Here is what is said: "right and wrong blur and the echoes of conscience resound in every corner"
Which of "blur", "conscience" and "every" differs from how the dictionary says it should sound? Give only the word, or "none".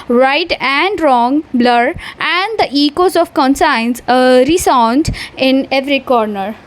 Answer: conscience